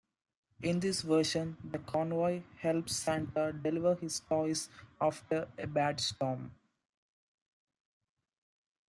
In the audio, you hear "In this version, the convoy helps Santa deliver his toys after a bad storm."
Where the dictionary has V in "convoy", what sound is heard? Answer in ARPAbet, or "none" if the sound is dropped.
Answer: V